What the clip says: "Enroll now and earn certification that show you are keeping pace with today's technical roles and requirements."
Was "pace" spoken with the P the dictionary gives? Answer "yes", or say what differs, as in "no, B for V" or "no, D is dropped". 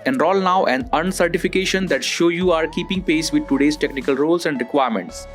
yes